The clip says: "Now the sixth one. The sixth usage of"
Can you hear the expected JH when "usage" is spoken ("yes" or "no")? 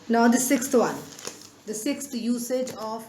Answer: yes